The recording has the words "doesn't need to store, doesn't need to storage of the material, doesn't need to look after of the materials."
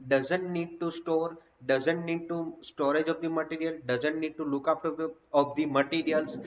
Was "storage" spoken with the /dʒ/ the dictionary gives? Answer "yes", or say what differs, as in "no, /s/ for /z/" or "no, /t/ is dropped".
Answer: yes